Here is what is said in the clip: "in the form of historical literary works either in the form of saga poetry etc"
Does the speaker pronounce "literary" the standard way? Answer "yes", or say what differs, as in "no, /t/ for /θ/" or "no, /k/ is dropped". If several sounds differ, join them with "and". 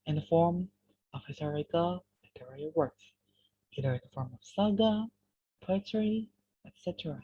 no, /ɹ/ is dropped